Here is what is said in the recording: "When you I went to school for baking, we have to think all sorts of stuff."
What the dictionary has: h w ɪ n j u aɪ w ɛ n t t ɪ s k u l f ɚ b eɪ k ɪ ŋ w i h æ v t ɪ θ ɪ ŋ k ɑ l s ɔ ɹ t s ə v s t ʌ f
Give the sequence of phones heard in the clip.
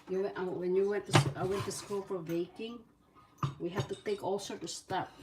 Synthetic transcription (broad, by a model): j w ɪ n j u w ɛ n t t ɪ s k u l f ɚ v eɪ k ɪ ŋ w i h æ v t ɪ θ ɪ ŋ k ɑ l s ɔ ɹ t s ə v s t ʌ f